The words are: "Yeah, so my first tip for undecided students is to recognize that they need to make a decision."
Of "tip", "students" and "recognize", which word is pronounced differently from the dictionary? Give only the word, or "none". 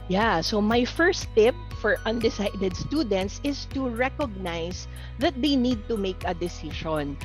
recognize